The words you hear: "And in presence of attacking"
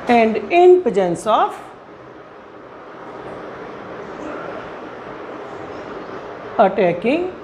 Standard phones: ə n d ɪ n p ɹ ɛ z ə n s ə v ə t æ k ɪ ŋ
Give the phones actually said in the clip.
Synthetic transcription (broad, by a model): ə n d ɪ n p ʌ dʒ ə n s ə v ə t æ k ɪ ŋ